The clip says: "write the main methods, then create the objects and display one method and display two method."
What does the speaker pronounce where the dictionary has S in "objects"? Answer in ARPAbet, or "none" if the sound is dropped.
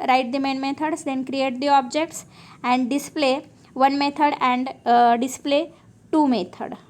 S